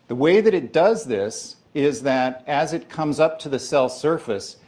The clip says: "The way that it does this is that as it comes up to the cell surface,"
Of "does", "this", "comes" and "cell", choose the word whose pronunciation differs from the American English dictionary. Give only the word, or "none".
none